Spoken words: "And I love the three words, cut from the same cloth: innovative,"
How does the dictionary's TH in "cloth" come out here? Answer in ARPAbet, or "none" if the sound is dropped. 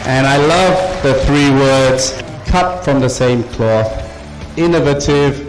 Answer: TH